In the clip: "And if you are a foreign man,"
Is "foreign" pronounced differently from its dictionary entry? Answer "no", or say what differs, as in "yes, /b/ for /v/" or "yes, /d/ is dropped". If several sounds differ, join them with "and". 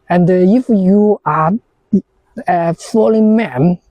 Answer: yes, /l/ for /ɹ/